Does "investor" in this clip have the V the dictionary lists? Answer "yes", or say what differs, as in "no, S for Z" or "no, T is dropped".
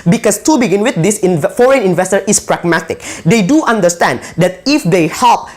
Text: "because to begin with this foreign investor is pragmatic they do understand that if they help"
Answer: yes